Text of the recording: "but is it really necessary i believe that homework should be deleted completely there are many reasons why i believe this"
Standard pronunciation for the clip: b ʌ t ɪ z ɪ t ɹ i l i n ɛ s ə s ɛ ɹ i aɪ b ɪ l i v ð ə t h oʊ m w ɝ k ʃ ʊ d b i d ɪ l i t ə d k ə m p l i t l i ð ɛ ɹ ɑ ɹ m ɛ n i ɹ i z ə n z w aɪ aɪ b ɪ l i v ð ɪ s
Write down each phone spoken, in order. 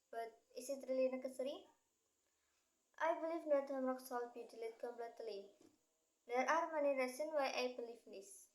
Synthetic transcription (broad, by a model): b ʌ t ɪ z ɪ t ɹ i l i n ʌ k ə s ɹ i aɪ b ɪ l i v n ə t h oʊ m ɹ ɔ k s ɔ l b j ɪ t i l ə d k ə m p l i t l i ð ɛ ɹ ɑ ɹ m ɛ n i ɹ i s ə n w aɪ aɪ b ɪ l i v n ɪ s